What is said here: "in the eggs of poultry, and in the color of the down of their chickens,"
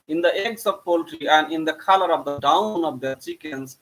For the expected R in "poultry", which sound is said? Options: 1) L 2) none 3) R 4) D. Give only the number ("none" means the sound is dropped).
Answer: 3